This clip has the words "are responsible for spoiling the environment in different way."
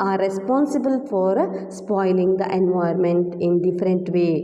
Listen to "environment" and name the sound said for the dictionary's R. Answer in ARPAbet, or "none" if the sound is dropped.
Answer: none